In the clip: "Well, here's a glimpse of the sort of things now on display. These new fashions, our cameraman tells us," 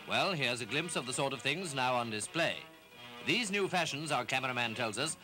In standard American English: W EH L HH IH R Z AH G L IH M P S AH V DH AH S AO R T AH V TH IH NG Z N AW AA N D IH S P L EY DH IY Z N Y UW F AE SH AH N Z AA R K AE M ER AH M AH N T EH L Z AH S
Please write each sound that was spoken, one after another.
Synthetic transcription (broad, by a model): W EH L HH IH R Z AH G L IH M P S AH V DH AH S AO R T AH V TH IH NG Z N AW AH N D IH S P L EY DH IY Z N Y UW F AE SH AH N Z AA R K AE M ER AH M AH N T EH L Z AH S